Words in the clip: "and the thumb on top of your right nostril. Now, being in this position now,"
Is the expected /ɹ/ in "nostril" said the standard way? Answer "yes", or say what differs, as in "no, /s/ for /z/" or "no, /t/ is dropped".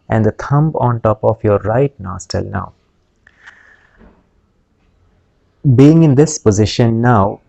no, /ɹ/ is dropped